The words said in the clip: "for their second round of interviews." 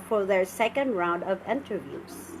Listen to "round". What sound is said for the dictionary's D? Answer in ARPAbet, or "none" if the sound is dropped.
D